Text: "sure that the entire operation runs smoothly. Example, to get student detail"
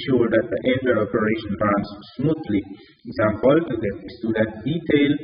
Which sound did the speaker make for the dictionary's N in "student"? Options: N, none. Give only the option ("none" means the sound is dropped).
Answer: none